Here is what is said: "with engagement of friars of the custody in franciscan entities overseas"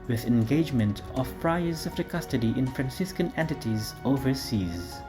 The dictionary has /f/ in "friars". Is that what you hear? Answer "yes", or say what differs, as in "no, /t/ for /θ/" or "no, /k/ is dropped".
no, /p/ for /f/